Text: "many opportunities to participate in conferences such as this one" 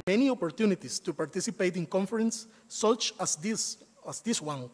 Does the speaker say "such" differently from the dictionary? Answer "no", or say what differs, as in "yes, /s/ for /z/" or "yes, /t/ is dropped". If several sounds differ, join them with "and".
yes, /s/ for /tʃ/